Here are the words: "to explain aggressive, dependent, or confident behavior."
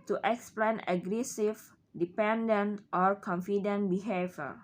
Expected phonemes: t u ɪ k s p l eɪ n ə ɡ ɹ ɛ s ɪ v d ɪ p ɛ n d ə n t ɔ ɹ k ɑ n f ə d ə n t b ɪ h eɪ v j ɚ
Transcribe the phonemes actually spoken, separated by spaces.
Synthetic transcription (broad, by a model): t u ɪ k s p l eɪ n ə ɡ ɹ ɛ s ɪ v d ɪ p ɛ n d ə n t ɔ ɹ k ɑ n f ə d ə n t b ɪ h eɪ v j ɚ